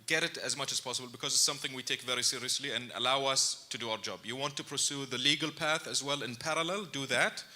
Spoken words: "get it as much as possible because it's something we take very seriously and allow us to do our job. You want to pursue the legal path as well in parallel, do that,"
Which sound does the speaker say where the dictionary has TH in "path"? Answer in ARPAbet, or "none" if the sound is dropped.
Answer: TH